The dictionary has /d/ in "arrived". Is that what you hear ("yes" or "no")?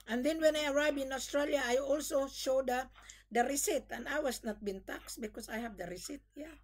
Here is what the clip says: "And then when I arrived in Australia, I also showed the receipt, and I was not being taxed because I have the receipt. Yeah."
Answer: no